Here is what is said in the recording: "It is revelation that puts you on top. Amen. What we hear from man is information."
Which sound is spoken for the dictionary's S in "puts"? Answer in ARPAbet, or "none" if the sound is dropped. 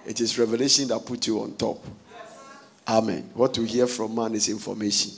none